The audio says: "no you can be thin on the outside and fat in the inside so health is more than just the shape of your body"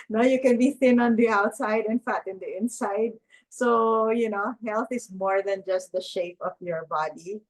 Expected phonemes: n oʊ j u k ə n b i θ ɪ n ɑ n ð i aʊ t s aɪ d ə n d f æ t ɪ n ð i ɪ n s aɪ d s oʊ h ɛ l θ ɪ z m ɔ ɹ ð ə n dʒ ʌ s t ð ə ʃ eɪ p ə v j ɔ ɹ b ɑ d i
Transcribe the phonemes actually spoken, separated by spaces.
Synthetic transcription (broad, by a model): n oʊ j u k ə n b i θ ɪ n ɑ n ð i aʊ t s aɪ d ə n f æ t ɪ n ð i ɪ n s aɪ d s oʊ h ɛ l θ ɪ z m ɔ ɹ ð ə n dʒ ʌ s t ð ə ʃ eɪ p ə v j ɔ ɹ b ɑ d i